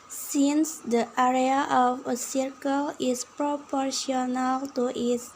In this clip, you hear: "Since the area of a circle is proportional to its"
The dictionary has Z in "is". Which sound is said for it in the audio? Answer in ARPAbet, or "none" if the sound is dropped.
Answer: S